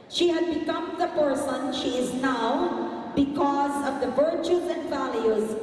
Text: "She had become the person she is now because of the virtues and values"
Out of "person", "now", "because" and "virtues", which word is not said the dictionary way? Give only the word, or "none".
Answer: none